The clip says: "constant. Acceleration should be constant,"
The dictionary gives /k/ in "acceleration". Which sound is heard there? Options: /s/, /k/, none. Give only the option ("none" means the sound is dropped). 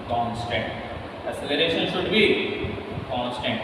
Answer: none